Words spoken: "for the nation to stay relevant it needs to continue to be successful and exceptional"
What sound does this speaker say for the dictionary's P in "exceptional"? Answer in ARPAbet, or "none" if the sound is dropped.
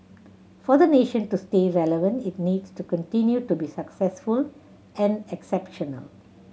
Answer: P